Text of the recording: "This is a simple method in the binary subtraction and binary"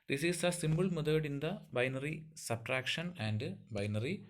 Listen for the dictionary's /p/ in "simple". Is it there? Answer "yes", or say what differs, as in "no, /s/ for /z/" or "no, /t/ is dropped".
no, /b/ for /p/